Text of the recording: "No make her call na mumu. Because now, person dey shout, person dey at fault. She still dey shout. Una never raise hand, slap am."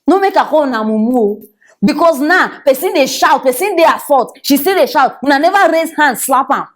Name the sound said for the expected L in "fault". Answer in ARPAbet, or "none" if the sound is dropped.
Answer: none